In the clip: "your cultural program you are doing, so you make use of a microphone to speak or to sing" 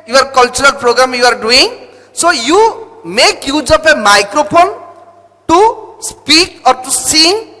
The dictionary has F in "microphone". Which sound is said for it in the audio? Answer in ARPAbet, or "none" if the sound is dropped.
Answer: P